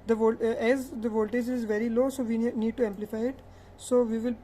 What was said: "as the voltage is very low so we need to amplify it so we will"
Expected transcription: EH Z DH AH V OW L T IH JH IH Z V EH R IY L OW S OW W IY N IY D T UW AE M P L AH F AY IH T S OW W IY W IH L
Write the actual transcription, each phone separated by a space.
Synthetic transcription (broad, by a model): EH Z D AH V OW L T IH JH IH Z V EH R IY L OW S OW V IY N IY D T UW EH M P L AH F AY IH T S OW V IY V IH L